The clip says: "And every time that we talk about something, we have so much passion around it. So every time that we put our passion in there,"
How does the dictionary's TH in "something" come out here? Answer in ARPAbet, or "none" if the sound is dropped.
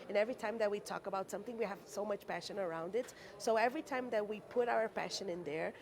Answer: TH